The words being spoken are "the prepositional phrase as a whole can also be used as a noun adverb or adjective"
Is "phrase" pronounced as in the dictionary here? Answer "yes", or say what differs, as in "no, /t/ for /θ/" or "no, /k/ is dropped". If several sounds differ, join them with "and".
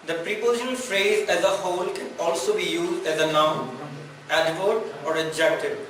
yes